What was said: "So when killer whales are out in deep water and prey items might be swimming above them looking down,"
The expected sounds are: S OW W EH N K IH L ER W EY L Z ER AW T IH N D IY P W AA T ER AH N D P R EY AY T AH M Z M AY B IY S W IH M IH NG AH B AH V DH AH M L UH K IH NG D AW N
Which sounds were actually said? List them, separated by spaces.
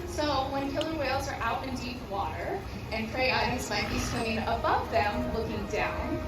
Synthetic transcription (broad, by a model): S OW W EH N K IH L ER W EY L Z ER AW T IH N D IY P W AA T ER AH N P R EY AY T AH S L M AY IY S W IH IH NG AH B AH V DH AH M L UH K IH NG D AW N